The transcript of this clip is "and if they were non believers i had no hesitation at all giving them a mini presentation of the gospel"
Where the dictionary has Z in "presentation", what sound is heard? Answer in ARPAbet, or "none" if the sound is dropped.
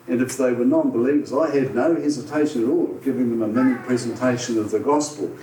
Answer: Z